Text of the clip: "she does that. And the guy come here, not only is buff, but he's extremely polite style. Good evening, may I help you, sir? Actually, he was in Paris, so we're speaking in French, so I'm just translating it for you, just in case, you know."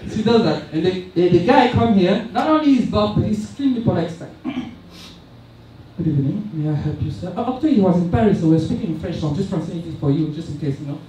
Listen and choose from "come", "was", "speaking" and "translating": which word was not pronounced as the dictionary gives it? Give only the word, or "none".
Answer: translating